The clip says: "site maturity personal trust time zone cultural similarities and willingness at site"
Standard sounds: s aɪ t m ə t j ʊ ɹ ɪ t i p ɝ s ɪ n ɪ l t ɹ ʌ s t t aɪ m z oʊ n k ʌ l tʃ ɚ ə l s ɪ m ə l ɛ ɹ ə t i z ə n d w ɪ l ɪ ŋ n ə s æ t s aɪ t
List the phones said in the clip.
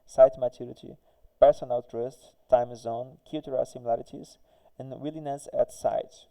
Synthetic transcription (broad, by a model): s aɪ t m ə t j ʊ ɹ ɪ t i p ɝ s ɪ n ɪ l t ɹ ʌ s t t aɪ m z oʊ n k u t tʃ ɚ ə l s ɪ m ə l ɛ ɹ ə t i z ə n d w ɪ l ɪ n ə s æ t s aɪ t